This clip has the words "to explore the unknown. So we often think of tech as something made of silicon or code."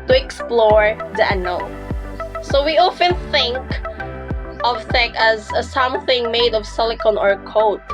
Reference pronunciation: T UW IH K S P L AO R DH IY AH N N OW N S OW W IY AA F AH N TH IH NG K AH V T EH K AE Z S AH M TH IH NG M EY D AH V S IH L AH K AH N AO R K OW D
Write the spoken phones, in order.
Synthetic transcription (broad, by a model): T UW IH K S P L AO R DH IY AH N N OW L S OW W IY AA F AH N TH IH NG K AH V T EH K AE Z S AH M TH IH NG M EY D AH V S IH L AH K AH N AO R K OW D